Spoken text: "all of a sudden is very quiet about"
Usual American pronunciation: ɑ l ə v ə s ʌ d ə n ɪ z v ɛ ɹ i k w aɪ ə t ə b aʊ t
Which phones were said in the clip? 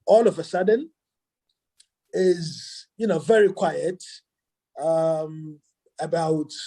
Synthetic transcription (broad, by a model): ɑ l ə v ə s ʌ d ə n ɪ z v ɛ ɹ i k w aɪ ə t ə b aʊ t